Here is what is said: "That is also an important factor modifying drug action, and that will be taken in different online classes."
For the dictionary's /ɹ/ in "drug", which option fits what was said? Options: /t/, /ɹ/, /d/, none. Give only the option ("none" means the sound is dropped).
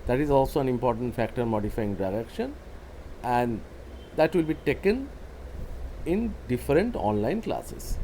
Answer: none